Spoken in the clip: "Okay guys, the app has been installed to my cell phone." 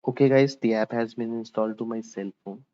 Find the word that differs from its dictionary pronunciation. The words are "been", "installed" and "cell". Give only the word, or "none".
none